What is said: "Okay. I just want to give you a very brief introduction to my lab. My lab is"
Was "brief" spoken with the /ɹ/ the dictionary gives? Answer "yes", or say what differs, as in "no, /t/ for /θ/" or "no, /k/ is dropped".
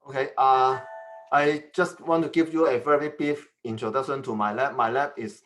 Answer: no, /ɹ/ is dropped